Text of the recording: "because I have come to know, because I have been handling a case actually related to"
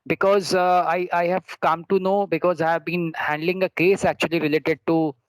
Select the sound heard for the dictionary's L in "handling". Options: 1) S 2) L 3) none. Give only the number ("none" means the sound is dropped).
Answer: 2